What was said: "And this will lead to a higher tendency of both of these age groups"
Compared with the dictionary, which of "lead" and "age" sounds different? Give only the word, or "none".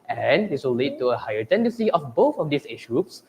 age